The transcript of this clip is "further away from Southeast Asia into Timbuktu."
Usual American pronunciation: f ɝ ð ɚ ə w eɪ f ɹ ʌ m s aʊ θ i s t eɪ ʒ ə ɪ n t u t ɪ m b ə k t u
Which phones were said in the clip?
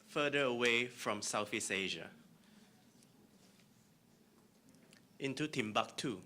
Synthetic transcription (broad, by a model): f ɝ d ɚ ə w eɪ f ɹ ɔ m s aʊ f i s eɪ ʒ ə ɪ n t u t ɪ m b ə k t u